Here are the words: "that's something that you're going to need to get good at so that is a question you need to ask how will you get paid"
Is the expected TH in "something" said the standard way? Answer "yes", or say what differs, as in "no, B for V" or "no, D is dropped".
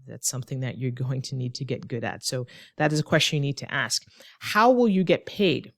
yes